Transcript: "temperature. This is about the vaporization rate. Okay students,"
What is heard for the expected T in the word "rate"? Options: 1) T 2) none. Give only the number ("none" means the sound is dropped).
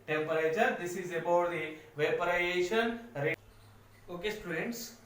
2